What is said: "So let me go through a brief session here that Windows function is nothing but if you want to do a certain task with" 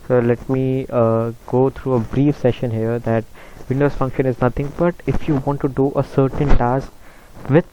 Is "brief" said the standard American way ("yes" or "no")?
yes